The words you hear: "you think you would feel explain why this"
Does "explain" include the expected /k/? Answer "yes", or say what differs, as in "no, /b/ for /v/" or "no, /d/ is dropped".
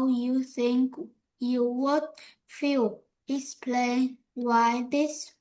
no, /k/ is dropped